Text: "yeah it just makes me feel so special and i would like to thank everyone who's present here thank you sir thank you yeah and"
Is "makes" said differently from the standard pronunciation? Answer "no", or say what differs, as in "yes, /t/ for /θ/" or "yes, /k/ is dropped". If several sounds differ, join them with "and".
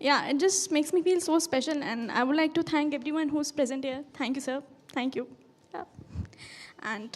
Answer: no